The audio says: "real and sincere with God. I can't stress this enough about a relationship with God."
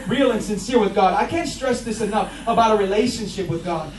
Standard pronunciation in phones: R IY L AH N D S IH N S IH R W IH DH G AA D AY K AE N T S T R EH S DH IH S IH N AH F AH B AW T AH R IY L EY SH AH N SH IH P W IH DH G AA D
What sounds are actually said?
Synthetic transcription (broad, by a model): R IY L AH N S IH N S IH R W IH DH G AA D AY K AE N T S T R EH S DH IH S IH N AH F AH B AW T AH R IY L EY SH AH N SH IH P W IH DH G AA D